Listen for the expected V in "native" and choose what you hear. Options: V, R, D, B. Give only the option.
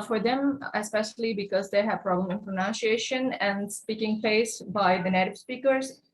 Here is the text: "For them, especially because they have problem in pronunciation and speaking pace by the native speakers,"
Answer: B